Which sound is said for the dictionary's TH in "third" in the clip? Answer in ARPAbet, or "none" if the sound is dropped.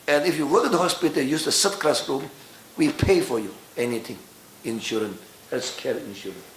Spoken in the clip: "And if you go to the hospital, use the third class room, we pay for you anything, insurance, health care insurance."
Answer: S